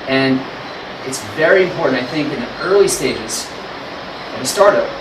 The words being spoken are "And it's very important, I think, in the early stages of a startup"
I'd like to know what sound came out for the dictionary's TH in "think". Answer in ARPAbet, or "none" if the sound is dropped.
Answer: TH